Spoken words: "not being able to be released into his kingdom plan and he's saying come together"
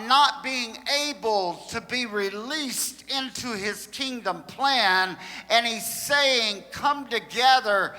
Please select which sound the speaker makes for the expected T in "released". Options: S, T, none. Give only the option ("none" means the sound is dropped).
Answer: T